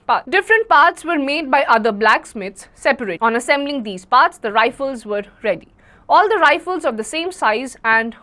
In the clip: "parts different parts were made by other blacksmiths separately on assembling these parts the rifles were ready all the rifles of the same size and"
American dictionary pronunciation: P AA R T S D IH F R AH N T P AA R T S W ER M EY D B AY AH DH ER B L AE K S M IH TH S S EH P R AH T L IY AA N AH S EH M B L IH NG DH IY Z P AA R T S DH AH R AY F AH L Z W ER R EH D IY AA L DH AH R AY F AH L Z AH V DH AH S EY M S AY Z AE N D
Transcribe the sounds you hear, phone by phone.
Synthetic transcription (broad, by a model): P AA D IH F R AH N T P AA R T S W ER M EY D B AY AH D ER B L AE K S M IH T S S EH P AH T IY AA N AH S EH M B L IH NG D IY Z P AA R T S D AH R AY F AH L Z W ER R EH D IY AA L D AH R AY F AH L Z AH V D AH S EY M S AY Z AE N D